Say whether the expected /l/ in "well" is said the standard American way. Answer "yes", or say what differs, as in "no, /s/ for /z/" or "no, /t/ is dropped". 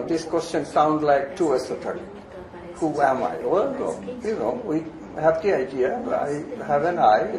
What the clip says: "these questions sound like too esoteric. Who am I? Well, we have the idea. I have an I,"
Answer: no, /n/ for /l/